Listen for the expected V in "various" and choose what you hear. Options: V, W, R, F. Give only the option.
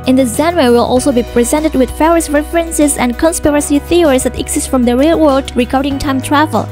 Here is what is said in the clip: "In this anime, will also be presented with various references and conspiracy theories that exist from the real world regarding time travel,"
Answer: F